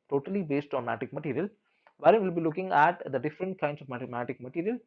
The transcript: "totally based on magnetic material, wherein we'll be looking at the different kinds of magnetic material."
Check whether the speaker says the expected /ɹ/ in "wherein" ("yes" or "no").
no